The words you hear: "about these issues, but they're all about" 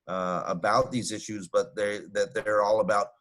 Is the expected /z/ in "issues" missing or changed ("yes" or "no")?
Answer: no